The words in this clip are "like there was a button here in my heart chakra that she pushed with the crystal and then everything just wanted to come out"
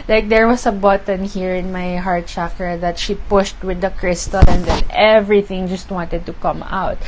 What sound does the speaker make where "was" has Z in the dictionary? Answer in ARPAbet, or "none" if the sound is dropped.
S